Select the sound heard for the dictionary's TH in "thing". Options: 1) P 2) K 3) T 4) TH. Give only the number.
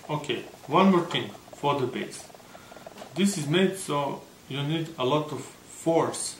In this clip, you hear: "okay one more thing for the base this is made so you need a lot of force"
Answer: 3